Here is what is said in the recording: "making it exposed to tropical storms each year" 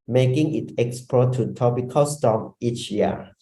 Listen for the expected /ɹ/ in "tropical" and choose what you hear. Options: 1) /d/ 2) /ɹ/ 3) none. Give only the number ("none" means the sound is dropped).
3